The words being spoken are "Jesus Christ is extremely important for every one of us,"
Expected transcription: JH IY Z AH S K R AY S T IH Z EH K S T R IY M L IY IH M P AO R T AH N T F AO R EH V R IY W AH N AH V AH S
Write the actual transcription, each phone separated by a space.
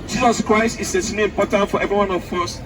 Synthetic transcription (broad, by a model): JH IY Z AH S K R AY S T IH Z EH S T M IY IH M P AO T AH N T F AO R EH V R IY W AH N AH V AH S